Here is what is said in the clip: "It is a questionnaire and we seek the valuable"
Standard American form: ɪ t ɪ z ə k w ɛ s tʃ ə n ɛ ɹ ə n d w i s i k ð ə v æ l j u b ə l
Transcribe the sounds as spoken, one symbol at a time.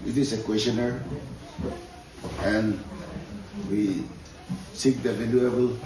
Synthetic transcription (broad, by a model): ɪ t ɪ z ə k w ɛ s ə n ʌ ɹ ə n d w i s i k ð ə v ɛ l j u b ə l